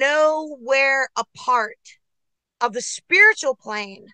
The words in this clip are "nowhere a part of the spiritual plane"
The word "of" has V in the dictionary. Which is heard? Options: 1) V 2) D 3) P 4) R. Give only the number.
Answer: 1